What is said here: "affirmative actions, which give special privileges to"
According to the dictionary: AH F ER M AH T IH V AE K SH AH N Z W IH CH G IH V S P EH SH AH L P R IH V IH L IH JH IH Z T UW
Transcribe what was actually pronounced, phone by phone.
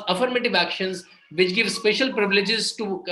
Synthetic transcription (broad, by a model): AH F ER M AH T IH V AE K SH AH N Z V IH CH G IH V S P EH SH AH L P R IH V IH L IH JH IH Z T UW